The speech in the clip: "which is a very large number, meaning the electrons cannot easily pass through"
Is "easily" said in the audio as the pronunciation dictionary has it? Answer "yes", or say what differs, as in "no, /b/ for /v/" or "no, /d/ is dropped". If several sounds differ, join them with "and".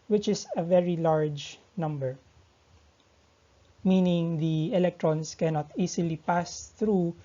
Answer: no, /s/ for /z/